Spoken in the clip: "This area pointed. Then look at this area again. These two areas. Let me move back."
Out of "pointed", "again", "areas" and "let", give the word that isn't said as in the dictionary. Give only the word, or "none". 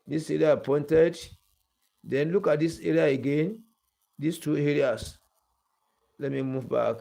areas